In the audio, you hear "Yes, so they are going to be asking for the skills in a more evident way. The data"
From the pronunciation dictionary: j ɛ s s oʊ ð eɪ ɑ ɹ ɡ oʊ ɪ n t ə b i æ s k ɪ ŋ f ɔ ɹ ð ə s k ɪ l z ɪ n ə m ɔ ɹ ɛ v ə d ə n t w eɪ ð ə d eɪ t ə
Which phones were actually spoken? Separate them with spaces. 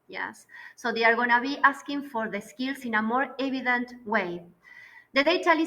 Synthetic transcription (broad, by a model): j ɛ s s oʊ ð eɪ ɑ ɹ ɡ oʊ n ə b i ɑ s k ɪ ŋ f ɔ ɹ ð ə s k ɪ l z ɪ n ə m ɔ ɹ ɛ b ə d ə n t w eɪ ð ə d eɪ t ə